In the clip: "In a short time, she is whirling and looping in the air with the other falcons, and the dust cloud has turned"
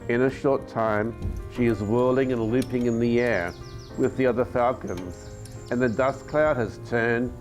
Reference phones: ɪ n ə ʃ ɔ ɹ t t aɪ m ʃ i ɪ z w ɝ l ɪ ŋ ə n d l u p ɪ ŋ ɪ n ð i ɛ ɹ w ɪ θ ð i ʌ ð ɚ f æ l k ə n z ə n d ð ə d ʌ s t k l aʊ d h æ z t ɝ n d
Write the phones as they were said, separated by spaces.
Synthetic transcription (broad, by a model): ɪ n ə ʃ ɔ ɹ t t aɪ m ʃ i ɪ z w ɝ l ɪ ŋ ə n l u p ɪ ŋ ɪ n ð i ɛ ɹ w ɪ ð i ʌ ð ɚ f æ l k ə n z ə n ð ə d ʌ s k l aʊ d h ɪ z t ɝ n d